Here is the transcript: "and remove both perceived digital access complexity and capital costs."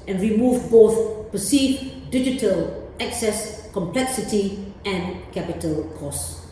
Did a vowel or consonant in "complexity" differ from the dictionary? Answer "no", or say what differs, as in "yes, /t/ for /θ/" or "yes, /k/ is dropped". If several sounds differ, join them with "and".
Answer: no